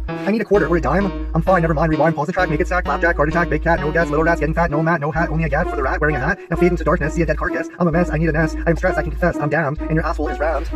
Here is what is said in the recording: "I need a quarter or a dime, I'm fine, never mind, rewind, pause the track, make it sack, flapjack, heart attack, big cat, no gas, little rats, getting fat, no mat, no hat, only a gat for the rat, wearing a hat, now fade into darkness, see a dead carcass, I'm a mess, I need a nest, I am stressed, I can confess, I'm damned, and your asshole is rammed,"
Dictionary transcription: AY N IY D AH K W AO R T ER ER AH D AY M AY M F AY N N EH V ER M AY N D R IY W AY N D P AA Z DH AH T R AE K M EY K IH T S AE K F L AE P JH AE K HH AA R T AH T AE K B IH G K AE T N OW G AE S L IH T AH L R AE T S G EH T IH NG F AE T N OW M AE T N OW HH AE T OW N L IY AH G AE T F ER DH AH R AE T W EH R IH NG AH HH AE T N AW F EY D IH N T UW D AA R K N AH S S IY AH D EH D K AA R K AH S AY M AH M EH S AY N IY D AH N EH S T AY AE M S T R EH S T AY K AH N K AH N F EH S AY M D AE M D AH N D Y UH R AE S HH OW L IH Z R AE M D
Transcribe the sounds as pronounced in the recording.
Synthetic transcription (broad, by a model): AY N IY D AH K W AO R T ER ER AH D AY M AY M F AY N N EH V ER M AY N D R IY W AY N P AA Z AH T R AE K M EY K IH T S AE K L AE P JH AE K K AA R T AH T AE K B IH G K AE T N OW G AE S L IH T L R AE T S G EH T IH NG F AE T N OW M AE T N OW HH AE T OW N L IY AH G AE T F ER DH AH R AE T W EH R IH NG AH HH AE T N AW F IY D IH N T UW D AA R K N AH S S IY AH D EH D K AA R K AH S AY M AH M EH S AY N IY D AH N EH S AY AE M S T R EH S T AY K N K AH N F EH S AY M D AE M D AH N Y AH R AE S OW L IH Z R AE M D